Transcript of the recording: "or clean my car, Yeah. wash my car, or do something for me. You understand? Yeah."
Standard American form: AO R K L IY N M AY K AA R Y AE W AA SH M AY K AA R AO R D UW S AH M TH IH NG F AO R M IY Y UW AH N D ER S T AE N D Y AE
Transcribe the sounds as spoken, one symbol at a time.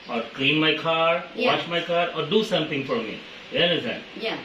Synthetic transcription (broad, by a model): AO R K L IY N M AY K AA R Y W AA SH M AY K AA R AO R D UW S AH M T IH NG F AO R M IY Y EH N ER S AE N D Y